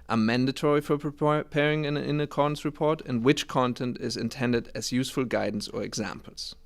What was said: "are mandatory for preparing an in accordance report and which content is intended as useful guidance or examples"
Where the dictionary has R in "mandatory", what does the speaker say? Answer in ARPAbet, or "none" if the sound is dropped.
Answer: R